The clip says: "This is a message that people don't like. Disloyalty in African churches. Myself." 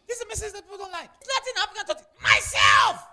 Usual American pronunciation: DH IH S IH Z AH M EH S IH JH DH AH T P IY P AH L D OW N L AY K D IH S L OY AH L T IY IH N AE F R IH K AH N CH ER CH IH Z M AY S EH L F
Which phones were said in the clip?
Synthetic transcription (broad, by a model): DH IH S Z AH M EH S IH JH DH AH T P IY P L D OW N L AY K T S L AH T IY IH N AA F R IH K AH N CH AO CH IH M AY S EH L F